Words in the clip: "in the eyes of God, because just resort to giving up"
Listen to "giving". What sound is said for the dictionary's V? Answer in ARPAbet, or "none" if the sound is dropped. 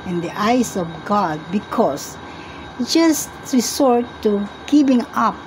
P